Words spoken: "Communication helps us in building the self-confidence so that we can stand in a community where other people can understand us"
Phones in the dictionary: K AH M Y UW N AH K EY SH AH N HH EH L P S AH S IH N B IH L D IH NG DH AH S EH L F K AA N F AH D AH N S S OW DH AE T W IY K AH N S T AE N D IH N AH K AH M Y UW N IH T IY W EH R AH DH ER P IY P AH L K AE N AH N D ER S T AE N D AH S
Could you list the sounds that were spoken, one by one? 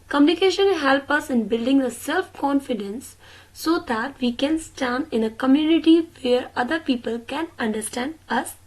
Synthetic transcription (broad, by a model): K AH M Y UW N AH K EY SH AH N HH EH L P AH S IH N B IH L D IH NG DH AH S EH L F K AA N F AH D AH N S S OW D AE T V IY K AH N S T AE N D IH N AH K AH M Y UW N IH T IY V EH R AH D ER P IY P AH L K AE N AH N D ER S T AE N D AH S